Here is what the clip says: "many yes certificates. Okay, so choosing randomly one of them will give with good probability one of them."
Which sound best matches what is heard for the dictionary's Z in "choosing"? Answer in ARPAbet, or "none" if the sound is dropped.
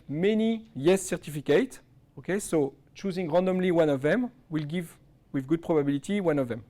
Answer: Z